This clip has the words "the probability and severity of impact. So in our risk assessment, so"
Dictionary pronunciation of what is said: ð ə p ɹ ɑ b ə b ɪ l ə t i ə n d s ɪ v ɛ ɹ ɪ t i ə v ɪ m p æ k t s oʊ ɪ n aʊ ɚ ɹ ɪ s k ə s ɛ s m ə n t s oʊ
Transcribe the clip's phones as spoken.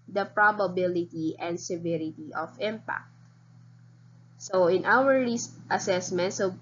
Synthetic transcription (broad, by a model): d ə p ɹ ɑ b ə b ɪ l ə t i ə n d s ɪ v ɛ ɹ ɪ t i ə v ɪ m p æ k t s oʊ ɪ n aʊ ɚ l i s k ə s ɛ s m ə n t s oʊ